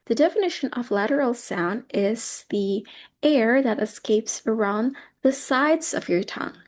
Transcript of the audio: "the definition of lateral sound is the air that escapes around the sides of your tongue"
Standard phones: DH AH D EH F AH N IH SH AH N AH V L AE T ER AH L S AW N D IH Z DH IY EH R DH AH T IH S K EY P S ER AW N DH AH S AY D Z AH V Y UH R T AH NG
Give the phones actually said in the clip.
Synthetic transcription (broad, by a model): DH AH D EH F AH N IH SH AH N AH V L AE T ER L S AW N D IH Z DH IY EH R DH AH T IH S K EY P S ER AW N DH AH S AY D Z AH V Y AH R T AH NG